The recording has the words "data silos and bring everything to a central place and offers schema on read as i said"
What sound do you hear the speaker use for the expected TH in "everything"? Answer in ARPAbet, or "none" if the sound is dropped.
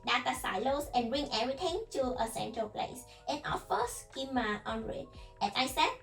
T